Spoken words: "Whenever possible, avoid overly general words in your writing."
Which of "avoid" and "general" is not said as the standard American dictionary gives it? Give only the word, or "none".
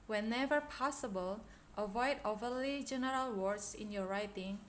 none